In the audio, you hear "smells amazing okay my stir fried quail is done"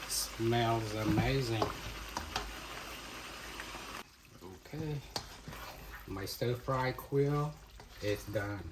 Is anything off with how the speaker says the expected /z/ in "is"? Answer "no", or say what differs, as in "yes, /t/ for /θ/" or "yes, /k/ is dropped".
yes, /s/ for /z/